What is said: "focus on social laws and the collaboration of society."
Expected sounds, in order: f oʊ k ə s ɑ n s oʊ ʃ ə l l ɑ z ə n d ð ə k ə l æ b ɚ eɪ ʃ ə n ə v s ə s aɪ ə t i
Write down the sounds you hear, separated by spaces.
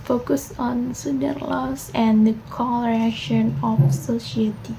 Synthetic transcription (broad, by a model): f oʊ k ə s ɑ n s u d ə n l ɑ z ə n d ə k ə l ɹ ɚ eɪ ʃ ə n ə f s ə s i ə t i